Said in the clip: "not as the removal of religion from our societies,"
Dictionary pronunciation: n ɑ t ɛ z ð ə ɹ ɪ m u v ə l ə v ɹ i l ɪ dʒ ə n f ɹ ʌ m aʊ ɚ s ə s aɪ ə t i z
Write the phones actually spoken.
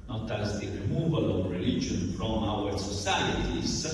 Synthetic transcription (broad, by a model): n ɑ t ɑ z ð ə ɹ ɪ m u v ə l ə v ɹ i l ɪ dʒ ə n f ɹ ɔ m aʊ ɚ s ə s aɪ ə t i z